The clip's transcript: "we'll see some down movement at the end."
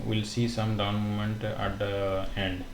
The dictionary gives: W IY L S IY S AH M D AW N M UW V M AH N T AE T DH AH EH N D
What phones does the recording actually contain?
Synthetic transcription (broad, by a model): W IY L S IY S AH M D AW N M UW M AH N T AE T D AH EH N D